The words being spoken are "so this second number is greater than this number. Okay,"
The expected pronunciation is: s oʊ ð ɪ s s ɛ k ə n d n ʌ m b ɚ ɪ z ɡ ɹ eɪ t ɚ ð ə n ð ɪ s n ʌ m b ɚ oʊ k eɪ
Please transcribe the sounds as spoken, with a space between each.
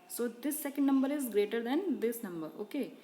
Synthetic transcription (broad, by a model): s oʊ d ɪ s s ɛ k ə n d n ʌ m b ɚ ɪ z ɡ ɹ eɪ t ɚ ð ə n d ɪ s n ʌ m b ɚ oʊ k eɪ